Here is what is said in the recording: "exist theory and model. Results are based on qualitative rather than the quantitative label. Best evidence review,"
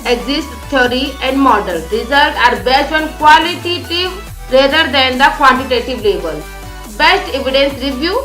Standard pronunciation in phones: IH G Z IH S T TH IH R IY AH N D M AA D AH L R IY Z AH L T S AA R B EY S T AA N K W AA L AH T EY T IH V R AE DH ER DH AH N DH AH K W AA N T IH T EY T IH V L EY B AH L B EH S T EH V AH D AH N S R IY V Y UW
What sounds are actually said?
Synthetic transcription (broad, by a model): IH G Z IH S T T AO R IY AH N D M AA D AH L R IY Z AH L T AA R B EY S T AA N K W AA L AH T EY T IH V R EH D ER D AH N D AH K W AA N T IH T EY T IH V L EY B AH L B EH S T EH V AH D AH N S R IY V Y UW